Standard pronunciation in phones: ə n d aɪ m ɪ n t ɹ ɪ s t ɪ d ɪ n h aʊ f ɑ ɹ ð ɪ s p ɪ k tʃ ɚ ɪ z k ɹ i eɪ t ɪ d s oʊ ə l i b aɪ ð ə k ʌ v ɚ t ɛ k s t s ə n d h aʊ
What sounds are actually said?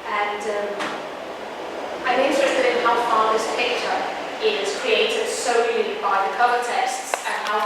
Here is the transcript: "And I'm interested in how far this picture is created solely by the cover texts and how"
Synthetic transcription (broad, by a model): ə n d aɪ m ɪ n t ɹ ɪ s t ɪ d ɪ n h aʊ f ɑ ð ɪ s p ɪ k tʃ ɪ ɪ z k ɹ i eɪ t ɪ d s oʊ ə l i b aɪ ð ə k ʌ ɚ t ɛ s t s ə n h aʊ